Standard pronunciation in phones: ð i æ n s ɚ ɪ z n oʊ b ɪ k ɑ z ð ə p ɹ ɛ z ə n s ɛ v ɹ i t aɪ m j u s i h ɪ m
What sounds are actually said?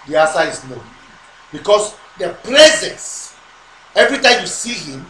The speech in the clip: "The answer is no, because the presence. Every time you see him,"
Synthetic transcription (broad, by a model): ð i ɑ s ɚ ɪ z n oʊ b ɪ k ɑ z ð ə p ɹ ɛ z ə n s ɛ v ɹ i t aɪ m j u s i h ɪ m